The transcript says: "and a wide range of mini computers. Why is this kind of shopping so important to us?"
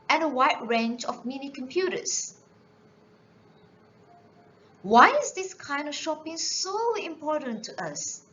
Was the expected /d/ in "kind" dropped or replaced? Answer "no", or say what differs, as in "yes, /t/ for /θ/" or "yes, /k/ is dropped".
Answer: no